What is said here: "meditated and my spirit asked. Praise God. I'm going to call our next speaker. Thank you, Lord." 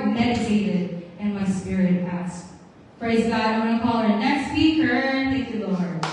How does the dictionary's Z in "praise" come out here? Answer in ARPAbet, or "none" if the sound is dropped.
Z